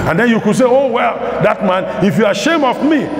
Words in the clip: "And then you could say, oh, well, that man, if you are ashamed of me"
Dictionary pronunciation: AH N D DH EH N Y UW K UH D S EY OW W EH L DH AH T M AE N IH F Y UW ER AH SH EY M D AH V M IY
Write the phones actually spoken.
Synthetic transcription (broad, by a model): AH N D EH N Y UW K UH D S EY OW W EH L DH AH T M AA N IH F Y UW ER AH SH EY M AH V M IY